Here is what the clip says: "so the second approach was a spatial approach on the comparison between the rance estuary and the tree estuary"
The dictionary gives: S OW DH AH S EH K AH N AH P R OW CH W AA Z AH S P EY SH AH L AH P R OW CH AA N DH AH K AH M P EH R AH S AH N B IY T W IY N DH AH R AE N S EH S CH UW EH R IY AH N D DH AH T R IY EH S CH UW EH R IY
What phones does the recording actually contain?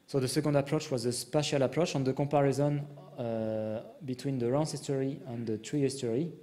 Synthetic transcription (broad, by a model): S OW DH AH S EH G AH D AH P R OW CH W AA Z AH S P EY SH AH L AH P R OW CH AA N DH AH K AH P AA R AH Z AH N B IY T W IY N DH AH R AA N S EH S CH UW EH R IY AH N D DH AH T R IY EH S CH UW R IY